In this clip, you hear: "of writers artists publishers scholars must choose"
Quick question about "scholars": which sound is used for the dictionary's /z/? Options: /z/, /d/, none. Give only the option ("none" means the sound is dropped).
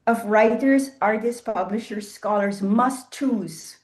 /z/